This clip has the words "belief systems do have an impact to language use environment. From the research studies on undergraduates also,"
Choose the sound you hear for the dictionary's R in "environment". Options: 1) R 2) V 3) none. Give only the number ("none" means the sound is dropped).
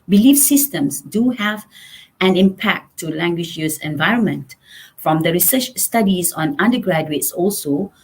1